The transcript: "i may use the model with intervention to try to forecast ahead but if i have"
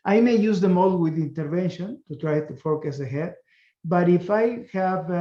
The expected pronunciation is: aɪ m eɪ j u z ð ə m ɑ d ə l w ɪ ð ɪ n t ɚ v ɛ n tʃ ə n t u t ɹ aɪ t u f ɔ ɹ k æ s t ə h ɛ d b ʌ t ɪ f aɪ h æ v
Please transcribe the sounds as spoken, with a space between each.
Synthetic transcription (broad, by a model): aɪ m eɪ j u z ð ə m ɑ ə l w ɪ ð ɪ n t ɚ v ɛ n ʃ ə n t u t ɹ aɪ t u f ɔ k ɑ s ə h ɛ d b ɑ t ɪ f aɪ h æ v